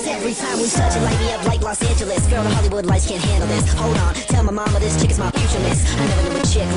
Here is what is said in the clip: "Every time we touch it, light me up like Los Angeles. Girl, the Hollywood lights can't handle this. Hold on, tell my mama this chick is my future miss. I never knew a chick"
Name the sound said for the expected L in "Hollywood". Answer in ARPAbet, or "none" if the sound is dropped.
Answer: L